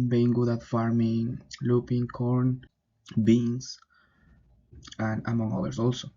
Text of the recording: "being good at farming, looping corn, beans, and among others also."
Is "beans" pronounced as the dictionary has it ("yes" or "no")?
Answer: no